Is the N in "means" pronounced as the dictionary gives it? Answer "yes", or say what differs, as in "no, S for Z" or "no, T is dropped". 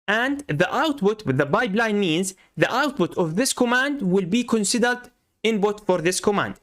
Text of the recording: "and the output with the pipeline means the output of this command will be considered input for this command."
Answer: yes